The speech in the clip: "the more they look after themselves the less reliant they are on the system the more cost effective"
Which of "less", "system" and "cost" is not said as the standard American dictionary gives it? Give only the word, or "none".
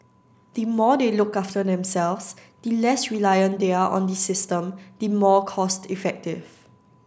none